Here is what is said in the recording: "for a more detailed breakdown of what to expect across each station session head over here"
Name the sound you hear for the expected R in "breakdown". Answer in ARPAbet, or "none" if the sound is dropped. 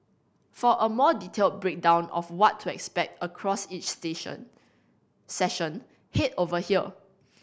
R